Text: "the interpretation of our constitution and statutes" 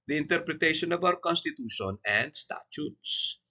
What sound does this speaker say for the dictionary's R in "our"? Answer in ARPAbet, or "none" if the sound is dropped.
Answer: W